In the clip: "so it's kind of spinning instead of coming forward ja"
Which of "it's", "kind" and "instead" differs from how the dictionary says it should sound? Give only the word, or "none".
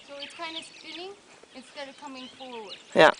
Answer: kind